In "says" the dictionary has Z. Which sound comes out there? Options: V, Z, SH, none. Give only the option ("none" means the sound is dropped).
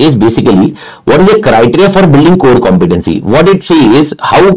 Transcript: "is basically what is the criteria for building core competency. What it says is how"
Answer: none